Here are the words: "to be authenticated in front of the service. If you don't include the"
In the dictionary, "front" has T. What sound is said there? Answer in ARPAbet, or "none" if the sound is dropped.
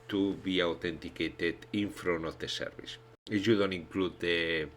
none